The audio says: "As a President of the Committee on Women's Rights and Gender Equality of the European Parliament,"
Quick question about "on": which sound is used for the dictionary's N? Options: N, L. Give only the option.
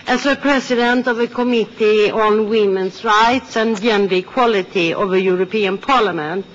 N